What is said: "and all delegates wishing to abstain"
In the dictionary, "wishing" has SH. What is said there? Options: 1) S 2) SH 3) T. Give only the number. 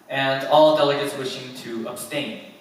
2